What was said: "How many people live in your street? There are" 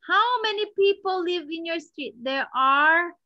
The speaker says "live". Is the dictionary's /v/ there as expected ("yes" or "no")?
yes